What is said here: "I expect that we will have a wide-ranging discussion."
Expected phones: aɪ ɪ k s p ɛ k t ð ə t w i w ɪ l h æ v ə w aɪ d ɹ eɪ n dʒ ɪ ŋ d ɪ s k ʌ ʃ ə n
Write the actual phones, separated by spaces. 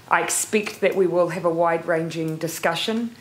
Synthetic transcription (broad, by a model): aɪ ɪ k s p ɛ k t ð ə t w i w ɪ l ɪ v ə w aɪ d ɹ eɪ n dʒ ɪ ŋ d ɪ s k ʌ ʃ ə n